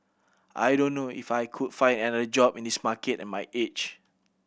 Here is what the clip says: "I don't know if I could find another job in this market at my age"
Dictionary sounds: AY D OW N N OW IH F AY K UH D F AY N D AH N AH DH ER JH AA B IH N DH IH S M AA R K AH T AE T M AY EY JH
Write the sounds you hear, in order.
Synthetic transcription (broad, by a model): AY D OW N N OW IH F AY K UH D F AY N D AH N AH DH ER JH AA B IH N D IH S M AA K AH T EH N M AY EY CH